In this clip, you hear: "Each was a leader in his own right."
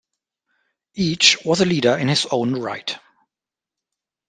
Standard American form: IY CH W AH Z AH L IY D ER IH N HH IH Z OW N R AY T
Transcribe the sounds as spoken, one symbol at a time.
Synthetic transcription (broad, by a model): IY CH W AH Z AH L IY D ER IH N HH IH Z OW N R AY T